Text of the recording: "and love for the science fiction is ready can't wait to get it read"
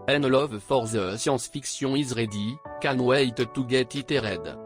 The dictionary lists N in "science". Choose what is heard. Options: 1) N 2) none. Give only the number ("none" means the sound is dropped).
2